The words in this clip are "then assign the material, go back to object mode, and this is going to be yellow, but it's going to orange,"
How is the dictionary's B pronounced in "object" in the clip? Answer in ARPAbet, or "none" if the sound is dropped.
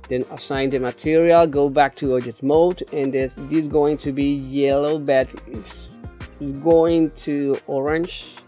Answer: none